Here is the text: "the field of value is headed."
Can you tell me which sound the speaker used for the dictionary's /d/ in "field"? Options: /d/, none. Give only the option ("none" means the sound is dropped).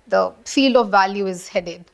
none